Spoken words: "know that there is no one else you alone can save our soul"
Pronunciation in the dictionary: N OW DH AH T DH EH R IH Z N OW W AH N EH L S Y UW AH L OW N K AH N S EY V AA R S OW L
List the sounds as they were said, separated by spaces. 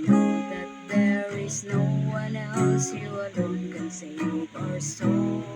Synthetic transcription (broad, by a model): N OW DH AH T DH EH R IH Z N OW W AH N EH L S Y UW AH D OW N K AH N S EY P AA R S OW